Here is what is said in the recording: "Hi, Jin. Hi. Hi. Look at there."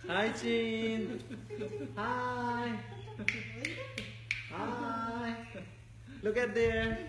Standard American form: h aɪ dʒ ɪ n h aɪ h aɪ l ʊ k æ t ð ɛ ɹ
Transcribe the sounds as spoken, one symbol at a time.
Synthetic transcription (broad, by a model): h aɪ tʃ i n h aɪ h aɪ l ʊ k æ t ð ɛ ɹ